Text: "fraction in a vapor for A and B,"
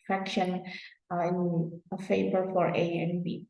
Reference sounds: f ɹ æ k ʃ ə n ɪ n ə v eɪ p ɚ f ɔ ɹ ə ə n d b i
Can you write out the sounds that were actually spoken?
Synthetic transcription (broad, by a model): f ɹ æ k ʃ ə n ɪ n ə f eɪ b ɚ f ɔ ɹ ə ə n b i